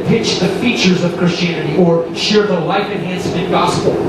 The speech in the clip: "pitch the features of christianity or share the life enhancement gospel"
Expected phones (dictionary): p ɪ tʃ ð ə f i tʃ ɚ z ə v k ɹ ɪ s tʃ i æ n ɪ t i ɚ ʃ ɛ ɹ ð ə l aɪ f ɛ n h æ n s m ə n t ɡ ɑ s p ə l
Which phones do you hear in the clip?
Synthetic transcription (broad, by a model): p ɪ tʃ ð ə f i tʃ ɚ z ə v k ɹ ɪ s tʃ i æ n ɪ t i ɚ ʃ ɛ ɹ ð ə l aɪ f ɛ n h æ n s ə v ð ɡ ɑ s p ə l